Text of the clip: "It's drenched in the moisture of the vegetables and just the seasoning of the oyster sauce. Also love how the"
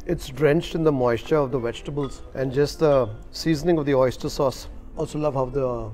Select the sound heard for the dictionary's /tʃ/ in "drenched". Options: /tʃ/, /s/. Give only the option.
/tʃ/